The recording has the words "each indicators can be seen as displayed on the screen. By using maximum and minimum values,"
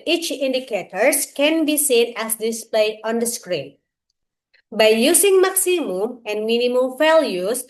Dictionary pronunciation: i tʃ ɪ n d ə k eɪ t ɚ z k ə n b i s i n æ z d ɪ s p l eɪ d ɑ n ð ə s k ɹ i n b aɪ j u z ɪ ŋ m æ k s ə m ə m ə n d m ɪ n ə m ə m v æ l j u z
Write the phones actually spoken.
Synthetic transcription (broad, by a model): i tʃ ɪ n d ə k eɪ t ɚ s k ə n b i s i n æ s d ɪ s p l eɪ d ɑ n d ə s k ɹ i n b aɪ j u s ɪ ŋ m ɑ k s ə m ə m ə n d m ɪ n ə m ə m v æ l j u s